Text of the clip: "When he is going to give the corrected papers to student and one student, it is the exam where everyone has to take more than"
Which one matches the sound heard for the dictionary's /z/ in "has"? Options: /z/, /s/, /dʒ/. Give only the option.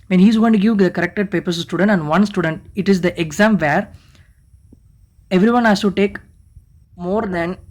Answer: /s/